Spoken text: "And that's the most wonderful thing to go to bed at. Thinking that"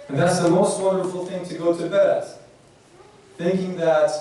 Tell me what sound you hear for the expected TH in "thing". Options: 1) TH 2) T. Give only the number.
1